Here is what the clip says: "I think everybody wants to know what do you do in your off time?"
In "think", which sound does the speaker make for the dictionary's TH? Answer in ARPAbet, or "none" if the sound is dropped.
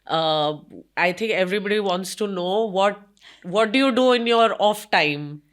T